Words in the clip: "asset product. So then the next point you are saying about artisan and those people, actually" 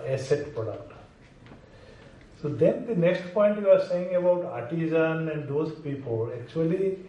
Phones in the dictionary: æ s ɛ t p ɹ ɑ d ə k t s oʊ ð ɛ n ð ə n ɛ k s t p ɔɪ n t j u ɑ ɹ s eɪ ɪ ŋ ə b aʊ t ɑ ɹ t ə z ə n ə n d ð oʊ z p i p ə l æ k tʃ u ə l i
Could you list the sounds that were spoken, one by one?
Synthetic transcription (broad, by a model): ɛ s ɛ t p ɑ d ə t s oʊ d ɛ n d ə n ɛ k s t p ɔɪ n t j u ɑ ɹ s eɪ ɪ ŋ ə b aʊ t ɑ ɹ t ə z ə n ə n d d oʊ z p i p ə l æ k tʃ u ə l i